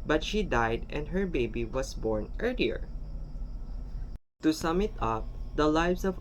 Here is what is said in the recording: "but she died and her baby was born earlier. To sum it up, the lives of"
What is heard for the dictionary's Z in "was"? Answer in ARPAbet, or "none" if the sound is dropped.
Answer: S